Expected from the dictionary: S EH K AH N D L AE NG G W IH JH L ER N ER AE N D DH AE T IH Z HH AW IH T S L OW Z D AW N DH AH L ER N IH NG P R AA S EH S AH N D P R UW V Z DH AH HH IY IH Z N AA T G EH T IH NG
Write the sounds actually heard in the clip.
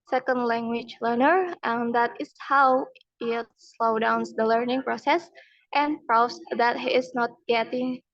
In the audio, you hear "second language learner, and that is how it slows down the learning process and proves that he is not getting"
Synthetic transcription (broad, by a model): S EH K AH N D L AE NG G W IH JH L ER N ER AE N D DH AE T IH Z HH AW IH T S L OW D AW N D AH L ER N IH NG P R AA S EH S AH N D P R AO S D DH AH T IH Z N AA T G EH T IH NG